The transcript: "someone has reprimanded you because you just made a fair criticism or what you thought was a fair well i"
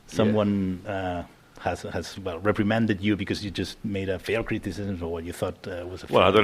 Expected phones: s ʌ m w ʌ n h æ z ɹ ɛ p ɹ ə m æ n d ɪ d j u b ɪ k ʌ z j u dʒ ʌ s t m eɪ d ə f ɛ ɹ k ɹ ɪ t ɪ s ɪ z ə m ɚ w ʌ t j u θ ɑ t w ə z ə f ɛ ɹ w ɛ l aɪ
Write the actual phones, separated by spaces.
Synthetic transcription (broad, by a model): s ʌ m w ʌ n h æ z ɹ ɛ p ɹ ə m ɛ n d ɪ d j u b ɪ k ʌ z j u dʒ ʌ s t m eɪ d ə f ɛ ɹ k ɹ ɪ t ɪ s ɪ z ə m ɚ w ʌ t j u θ ɑ t w ə z ə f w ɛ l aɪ